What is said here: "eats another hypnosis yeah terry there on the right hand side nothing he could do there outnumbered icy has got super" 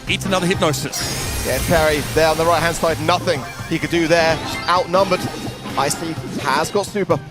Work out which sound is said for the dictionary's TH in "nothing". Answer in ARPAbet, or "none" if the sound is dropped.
TH